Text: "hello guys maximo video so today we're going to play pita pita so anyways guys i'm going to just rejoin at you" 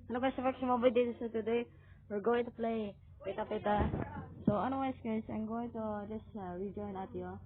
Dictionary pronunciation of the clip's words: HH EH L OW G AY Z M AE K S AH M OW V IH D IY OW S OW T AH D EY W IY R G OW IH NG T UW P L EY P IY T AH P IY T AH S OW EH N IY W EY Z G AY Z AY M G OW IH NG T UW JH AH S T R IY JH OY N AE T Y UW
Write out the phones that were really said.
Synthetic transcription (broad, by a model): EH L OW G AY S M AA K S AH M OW B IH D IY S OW T AH D EY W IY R G OW IH NG T UW P L EY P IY T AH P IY T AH S OW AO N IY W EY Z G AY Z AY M G OW IH NG T UW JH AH S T R IY JH OY N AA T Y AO